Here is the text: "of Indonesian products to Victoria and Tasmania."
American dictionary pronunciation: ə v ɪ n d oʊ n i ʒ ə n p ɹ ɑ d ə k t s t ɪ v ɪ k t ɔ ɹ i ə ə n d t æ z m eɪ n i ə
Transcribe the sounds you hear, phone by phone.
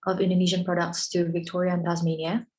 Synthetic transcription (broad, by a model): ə v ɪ n d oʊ n i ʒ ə n p ɹ ɑ d ə k t s t ɪ v ɪ k t ɔ ɹ i ə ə n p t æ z m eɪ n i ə